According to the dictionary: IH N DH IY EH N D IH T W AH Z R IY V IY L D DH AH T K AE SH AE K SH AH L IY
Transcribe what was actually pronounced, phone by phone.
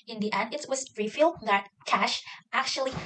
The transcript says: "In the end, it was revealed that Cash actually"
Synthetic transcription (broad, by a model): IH N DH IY EH N D IH T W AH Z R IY F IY L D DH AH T K AE SH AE K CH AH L IY